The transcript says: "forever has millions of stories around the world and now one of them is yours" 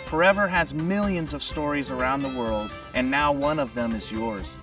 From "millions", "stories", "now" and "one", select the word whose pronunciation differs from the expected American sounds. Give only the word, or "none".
none